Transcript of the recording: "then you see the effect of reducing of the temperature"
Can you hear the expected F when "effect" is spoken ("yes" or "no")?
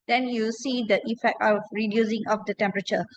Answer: yes